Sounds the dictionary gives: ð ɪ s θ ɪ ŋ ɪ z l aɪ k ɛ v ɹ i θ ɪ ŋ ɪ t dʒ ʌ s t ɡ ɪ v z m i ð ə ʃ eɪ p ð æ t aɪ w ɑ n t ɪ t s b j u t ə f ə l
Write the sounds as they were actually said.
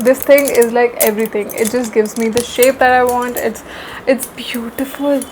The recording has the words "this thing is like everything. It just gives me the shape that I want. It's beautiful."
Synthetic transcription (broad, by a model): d ɪ s t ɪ ŋ ɪ z l aɪ k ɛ v ɹ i t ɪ ŋ ɪ t dʒ ʌ s t ɡ ɪ v z m i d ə ʃ eɪ p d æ t aɪ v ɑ n t ɪ t s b j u t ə f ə l